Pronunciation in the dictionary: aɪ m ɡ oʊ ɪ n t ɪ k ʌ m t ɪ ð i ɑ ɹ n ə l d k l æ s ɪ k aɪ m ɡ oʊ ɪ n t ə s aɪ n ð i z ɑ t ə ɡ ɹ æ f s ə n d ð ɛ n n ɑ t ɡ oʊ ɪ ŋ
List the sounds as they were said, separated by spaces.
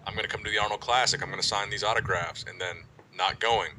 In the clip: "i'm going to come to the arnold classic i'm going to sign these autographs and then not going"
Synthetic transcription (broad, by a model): aɪ m ɡ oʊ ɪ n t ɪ k ʌ m t ɪ ð i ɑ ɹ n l k l æ s ɪ k aɪ m ɡ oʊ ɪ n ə s aɪ n ð i z ɑ t ə ɡ ɹ æ f s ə n ð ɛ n n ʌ t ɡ oʊ ɪ ŋ